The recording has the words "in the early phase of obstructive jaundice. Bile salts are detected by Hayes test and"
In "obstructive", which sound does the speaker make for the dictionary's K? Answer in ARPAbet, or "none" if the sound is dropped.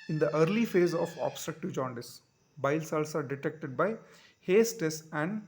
K